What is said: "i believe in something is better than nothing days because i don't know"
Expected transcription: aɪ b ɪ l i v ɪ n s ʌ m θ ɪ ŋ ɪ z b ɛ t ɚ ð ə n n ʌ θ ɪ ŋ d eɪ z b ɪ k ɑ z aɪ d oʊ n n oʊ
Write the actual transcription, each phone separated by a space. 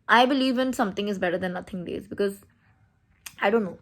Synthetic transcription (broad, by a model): aɪ b ɪ l i v ɪ n s ʌ m t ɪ ŋ ɪ z b ɛ t ɚ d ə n n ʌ t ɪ ŋ d eɪ z b ɪ k ɑ z aɪ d oʊ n n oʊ